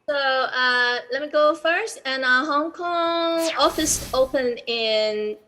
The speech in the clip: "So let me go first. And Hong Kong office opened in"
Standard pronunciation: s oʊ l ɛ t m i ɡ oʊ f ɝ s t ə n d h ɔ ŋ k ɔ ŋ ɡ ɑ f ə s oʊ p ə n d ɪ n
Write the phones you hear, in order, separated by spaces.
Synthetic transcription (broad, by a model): s oʊ l ɛ t m i ɡ oʊ f ɝ s t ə n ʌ h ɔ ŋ k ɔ ŋ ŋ ɑ f ə s oʊ p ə n ɪ n